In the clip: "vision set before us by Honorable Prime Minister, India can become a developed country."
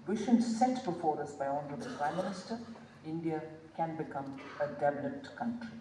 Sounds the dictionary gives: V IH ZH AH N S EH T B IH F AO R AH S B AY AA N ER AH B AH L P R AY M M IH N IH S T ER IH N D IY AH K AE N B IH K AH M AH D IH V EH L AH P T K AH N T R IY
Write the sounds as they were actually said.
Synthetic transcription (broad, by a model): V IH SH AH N S EH T B IH F AO R AH S B AY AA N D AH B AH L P R AY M M IH N IH S T ER IH N D IY AH K AE N B IH K AH M AH D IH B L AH T K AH N T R IY